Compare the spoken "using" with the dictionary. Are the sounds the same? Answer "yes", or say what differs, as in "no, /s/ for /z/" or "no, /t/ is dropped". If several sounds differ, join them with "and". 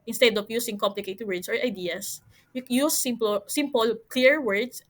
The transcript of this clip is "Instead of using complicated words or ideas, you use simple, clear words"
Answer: no, /s/ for /z/